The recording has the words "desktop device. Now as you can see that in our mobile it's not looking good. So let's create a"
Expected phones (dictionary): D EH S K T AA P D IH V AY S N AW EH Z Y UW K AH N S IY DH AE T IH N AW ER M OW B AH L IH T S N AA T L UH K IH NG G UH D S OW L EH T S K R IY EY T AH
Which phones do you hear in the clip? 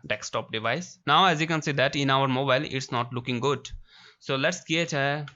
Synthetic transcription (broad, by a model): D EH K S T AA P D IH V AY S N AW EH Z Y UW K AH N S IY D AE T IH N AW ER M OW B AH L IH T S N AA T L UH K IH NG G UH D S OW L EH T S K IY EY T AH